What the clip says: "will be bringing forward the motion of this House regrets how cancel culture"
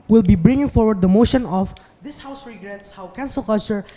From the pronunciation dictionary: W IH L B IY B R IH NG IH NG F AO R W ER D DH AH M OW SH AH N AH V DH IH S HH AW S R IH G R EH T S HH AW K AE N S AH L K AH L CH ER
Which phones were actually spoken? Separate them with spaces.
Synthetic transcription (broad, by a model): W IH L B IY B R IH NG IH NG F AO R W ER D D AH M OW SH AH N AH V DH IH S HH AW S R IH G R EH T S HH AW K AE N S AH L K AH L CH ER